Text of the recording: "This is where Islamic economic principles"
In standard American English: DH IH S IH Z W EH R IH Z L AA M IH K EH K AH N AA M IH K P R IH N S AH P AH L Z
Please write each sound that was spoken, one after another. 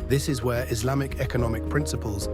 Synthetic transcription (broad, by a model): DH IH S IH Z W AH R IH Z L AA M IH K EH K AH N AA M IH K P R IH N S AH P AH L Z